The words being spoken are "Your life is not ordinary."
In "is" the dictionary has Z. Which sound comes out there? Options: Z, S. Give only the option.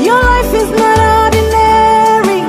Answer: Z